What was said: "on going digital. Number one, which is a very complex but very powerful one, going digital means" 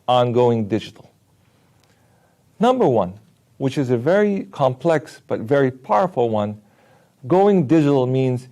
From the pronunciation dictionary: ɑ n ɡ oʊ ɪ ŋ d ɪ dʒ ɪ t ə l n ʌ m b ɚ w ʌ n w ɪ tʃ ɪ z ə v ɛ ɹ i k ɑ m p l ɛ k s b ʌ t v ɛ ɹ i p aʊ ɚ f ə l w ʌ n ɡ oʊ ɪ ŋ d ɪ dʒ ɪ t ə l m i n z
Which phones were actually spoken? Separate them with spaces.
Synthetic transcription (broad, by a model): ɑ n ɡ oʊ ɪ ŋ d ɪ dʒ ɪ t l n ʌ m b ɚ w ʌ n w ɪ tʃ ɪ z ə v ɛ ɹ i k ɑ m p l ɛ k s b ʌ t v ɛ ɹ i p aʊ ɚ f l w ʌ n ɡ oʊ ɪ ŋ d ɪ dʒ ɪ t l m i n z